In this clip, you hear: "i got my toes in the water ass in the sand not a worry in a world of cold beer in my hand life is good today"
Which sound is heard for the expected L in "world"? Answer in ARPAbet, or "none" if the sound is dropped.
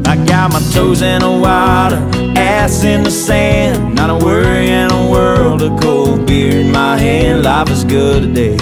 L